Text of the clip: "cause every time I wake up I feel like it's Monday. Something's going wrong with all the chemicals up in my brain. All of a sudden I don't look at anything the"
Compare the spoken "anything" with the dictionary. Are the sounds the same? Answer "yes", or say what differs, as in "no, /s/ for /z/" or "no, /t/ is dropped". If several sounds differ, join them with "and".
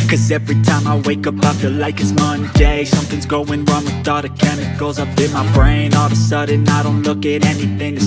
yes